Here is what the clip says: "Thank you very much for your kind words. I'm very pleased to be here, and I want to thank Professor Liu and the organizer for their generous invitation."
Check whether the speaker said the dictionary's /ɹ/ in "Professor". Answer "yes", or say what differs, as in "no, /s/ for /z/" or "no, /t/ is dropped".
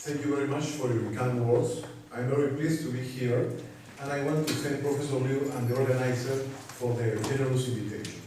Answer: no, /ɹ/ is dropped